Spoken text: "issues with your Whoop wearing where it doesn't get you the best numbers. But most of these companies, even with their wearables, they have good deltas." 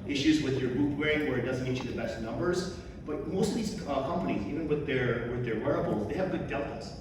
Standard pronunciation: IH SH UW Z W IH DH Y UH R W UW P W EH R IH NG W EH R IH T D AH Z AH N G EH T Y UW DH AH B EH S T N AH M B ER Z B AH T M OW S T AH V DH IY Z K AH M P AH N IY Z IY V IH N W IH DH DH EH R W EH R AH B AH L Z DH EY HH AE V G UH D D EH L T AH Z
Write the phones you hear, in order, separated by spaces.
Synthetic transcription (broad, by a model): IH SH UW Z W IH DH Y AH R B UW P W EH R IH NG W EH R IH T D AH Z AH N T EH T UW DH AH B EH S T N AH M B ER Z B AH T M OW S T AH V DH IY Z K AH M P AH N IY Z IY V IH N W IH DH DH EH R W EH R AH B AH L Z DH EY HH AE V G UH D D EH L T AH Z